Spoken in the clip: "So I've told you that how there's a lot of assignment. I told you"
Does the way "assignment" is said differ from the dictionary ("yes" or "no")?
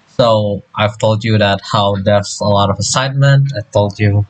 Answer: no